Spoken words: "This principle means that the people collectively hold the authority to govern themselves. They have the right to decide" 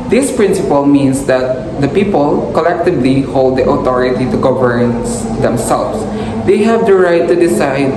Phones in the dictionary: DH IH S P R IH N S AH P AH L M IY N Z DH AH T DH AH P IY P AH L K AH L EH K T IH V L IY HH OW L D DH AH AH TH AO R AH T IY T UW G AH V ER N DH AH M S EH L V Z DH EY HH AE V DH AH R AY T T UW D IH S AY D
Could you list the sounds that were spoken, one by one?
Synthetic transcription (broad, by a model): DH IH S P R IH N S AH P AH L M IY N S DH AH T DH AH P IY P AH L K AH L EH K T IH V L IY HH OW L D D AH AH T AO R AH T IY T UW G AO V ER N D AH M S EH L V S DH EY HH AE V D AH R AY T T UW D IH S AY D